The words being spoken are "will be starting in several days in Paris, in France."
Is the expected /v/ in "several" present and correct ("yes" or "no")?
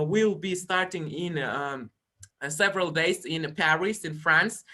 yes